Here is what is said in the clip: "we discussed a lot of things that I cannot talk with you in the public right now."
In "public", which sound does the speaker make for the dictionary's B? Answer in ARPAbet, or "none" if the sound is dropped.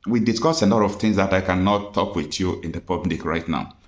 B